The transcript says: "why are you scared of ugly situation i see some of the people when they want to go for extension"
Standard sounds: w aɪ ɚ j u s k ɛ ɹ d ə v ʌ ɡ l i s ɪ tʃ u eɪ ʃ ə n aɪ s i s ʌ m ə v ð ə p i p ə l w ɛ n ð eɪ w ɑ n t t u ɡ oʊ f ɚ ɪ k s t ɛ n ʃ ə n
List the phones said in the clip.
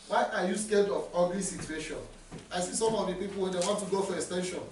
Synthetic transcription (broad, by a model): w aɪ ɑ j u s k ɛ l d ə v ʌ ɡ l i s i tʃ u eɪ ʃ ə n aɪ s i s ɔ m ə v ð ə p i p l w ɛ n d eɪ w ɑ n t t u ɡ oʊ f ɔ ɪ k s t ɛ n ʃ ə n